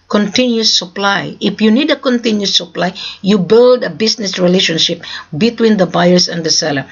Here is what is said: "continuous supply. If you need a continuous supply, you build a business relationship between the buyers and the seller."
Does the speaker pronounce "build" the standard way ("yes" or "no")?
yes